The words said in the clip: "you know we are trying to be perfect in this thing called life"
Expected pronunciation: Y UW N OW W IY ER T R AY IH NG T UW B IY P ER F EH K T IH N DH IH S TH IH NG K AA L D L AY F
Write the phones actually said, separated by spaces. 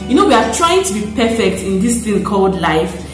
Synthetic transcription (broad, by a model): Y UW N OW W IY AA T R AY IH NG T UW B IY P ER F EH K T IH N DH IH S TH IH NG K AA L D L AY F